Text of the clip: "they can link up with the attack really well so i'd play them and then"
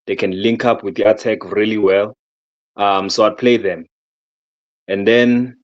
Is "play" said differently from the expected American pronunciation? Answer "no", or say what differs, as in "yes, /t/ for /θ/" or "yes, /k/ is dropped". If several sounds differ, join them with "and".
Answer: no